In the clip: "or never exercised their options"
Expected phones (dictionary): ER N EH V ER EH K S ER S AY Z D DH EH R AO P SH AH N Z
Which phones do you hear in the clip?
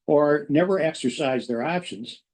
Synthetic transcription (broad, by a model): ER N EH V ER EH K S ER S AY Z DH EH R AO P SH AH N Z